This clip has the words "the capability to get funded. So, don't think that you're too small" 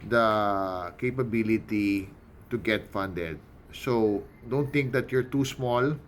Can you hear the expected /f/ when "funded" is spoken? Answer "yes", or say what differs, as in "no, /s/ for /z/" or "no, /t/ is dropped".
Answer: yes